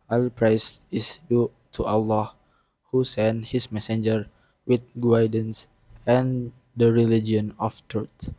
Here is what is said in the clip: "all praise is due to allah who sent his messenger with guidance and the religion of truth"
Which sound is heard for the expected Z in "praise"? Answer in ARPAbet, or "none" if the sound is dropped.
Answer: S